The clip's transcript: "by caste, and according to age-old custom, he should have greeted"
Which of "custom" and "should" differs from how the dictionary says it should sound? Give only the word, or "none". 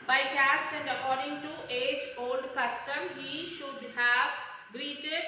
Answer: none